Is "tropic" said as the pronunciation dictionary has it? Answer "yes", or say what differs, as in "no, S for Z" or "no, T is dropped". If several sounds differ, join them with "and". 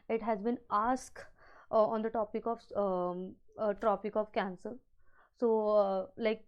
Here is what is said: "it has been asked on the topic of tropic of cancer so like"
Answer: yes